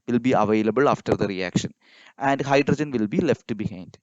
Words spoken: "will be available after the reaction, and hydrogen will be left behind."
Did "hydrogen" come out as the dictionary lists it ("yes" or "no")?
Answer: yes